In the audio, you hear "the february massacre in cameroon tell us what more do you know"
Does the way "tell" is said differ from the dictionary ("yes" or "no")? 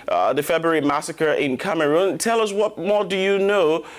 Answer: no